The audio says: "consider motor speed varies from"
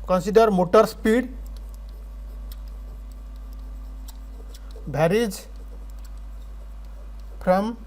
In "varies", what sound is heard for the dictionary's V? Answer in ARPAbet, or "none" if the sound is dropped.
B